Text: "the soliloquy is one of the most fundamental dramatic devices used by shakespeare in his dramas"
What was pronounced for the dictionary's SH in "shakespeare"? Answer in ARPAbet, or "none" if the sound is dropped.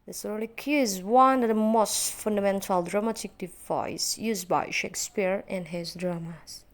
SH